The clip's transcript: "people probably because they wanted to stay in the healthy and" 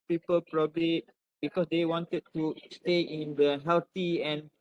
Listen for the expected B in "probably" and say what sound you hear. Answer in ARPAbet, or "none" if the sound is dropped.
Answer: B